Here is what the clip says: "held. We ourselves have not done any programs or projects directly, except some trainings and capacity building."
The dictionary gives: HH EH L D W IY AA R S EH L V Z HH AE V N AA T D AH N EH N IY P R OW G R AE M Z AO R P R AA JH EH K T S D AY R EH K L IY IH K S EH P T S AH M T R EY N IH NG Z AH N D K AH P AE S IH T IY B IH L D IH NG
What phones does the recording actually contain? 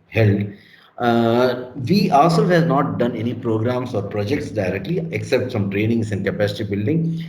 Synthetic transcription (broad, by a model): HH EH L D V IY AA L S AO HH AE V N AA T D AH N EH N IY P R OW G R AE M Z AO R P R AA JH EH K T S D AY R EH K L IY IH K S EH P T S AH M T R EY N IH NG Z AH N K AH P AE S IH T IY B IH L D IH NG